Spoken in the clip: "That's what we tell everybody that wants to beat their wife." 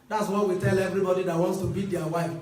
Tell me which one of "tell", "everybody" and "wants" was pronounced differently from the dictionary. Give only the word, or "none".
none